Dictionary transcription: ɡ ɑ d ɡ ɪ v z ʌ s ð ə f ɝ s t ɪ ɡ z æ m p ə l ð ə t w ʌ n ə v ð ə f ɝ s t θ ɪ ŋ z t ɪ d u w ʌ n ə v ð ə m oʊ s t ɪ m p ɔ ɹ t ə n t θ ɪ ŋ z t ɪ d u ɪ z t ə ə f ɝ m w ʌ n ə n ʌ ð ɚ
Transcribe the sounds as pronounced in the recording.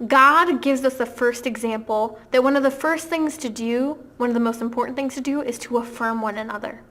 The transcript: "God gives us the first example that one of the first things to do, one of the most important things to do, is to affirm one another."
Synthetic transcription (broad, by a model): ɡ ɑ d ɡ ɪ v z ʌ s ð ə f ɝ s t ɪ ɡ z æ m p l ð ə t w ʌ n ə v ð ə f ɝ s t θ ɪ ŋ z t ɪ d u w ʌ n ə v ð ə m oʊ s t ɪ m p ɔ ɹ t n θ ɪ ŋ z t ɪ d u ɪ z t ə ə f ɝ m w ʌ n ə n ʌ ð ɚ